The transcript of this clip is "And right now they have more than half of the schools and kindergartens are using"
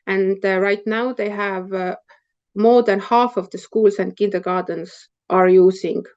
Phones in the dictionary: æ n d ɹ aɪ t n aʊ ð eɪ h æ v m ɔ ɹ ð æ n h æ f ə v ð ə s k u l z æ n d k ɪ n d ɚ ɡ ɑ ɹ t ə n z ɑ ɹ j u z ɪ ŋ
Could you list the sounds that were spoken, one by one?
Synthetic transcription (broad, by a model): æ n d ɹ aɪ t n aʊ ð eɪ h æ v m ɔ ɹ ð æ n h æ f ə v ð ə s k u l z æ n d k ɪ n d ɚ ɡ ɑ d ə n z ɑ ɹ j u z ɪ ŋ